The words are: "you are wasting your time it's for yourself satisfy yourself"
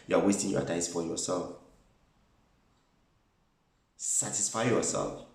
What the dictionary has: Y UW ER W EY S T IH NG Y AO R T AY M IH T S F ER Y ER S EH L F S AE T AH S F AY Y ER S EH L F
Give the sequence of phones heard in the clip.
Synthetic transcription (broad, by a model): Y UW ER W EY S T IH NG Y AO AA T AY IH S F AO Y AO S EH L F S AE T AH S F AY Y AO S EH L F